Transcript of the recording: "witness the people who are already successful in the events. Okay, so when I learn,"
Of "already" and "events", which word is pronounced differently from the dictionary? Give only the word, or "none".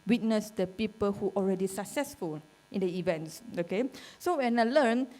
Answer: none